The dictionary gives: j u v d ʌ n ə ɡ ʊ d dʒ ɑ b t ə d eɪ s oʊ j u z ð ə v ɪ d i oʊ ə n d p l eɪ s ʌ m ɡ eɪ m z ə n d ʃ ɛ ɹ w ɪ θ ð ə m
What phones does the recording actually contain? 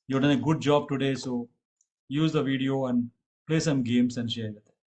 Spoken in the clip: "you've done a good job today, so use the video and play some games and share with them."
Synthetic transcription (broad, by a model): j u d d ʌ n ə ɡ ʊ d dʒ ɑ b t ə d eɪ s oʊ j u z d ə v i d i oʊ ə n d p l eɪ s ʌ m ɡ eɪ m s ə n d ʃ ɛ ɹ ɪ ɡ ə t